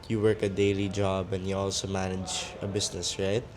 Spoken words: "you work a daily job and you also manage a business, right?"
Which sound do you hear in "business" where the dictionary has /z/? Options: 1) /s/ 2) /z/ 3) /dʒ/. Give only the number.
1